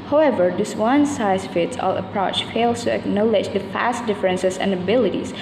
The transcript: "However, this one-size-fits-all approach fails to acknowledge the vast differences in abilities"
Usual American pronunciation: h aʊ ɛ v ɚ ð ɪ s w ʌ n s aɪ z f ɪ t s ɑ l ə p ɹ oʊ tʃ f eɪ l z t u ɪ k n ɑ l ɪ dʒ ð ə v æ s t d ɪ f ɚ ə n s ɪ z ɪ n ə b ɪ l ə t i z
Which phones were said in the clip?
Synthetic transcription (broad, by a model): h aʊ ɛ v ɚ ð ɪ s w ʌ n s aɪ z f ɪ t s ɑ l ə p ɹ oʊ tʃ f eɪ l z t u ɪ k n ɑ l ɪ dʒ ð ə f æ s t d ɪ f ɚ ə n s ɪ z ɪ n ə b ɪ l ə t i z